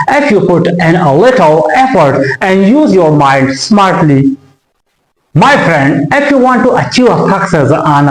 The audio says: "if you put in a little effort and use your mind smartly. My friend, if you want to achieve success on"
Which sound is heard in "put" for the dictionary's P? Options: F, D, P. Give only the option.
P